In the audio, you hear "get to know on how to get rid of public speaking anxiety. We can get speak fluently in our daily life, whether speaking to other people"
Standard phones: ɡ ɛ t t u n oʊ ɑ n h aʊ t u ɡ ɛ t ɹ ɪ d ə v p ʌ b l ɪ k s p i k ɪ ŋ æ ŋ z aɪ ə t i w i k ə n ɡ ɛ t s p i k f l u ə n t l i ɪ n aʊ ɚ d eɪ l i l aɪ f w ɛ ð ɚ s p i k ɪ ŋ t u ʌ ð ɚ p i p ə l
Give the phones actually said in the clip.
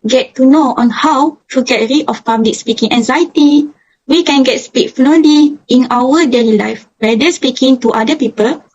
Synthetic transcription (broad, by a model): ɡ ɛ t t u n oʊ ɑ n h aʊ t u ɡ ɛ t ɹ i ə f p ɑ b l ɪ k s p i k ɪ ŋ æ ŋ z aɪ ə t i w i k ə n ɡ ɛ t s p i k f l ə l i ɪ n aʊ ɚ d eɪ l i l aɪ f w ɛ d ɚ s p i k ɪ ŋ t u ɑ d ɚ p i p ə l